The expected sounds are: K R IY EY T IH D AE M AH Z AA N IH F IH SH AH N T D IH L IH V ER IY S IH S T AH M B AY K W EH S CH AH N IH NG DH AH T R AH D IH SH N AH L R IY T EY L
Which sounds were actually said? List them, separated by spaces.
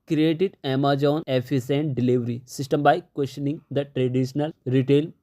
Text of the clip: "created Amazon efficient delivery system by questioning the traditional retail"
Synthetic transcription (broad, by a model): K R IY EY T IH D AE M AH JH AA N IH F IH S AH N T D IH L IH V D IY S IH S T AH M B AY K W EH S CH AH N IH NG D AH T R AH D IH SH N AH L R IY T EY L